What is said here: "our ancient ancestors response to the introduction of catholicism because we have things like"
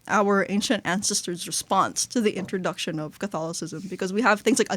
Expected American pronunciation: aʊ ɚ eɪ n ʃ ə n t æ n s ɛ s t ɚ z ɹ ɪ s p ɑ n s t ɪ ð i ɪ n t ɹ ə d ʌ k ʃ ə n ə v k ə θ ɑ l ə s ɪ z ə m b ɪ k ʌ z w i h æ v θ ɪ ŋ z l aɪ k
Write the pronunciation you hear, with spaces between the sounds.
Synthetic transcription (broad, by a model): aʊ ɚ eɪ n ʃ ə n t æ n s ɛ s t ɚ z ɹ ɪ s p ɑ n s t ɪ ð i ɪ n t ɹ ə d ʌ k ʃ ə n ə v k ə θ ɑ l ə s ɪ z ə m b ɪ k ʌ z w i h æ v θ ɪ ŋ z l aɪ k